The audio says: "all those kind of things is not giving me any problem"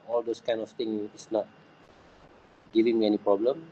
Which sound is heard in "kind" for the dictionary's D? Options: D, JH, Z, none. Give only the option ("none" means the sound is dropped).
none